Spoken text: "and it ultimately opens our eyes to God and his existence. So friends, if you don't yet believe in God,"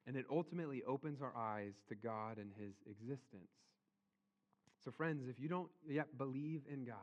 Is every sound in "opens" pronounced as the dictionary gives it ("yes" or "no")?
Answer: yes